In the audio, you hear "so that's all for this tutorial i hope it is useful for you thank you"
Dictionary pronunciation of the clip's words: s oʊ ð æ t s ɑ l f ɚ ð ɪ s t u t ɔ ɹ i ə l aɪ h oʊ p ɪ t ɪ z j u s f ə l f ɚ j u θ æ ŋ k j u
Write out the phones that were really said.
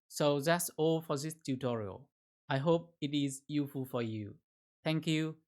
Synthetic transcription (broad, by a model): s oʊ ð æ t s ɑ l f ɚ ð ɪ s t u t ɔ ɹ i ə l aɪ h oʊ p ɪ t ɪ z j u f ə l f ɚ j u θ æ ŋ k j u